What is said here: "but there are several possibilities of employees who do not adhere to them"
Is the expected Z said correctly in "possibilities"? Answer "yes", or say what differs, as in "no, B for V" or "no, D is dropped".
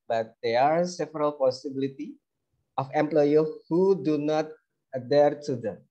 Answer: no, Z is dropped